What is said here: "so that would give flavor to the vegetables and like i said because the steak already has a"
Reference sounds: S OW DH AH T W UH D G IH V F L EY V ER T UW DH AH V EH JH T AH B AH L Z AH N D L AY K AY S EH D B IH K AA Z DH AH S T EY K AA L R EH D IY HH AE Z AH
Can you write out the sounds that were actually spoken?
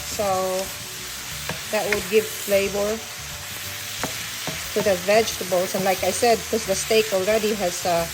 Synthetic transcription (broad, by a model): S OW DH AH T W UH D G IH V L EY B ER T UW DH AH V EH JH T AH B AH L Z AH N L AY K AY S EH D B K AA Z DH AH S T EY K AA L R EH D IY HH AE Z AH